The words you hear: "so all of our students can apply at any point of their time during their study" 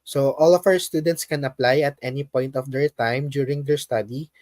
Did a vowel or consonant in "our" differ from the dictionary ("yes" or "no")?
yes